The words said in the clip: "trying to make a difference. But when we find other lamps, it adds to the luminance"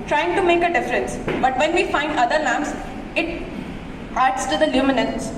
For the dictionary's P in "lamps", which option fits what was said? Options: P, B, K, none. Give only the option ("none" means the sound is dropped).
none